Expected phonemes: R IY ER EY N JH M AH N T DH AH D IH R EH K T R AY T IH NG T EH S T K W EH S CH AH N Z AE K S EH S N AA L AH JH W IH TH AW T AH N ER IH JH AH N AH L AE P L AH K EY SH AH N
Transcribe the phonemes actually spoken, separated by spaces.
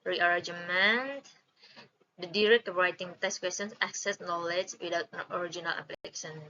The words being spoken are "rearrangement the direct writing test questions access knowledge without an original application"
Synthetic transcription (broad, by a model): R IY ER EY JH M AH N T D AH D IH R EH K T R AY T IH NG T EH S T K W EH S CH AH N S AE K S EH S N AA L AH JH W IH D AW T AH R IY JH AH N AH L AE P L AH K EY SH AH N